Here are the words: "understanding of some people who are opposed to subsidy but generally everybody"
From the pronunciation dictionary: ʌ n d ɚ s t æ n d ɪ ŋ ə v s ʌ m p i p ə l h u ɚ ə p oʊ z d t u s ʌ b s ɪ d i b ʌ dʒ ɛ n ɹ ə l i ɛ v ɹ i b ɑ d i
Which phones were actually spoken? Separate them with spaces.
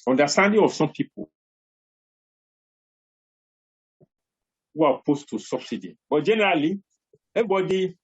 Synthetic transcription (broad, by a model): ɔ n d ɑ s t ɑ n d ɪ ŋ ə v s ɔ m p i p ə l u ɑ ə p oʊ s t u s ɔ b s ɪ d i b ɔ dʒ ɛ n ɹ ə l i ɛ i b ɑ d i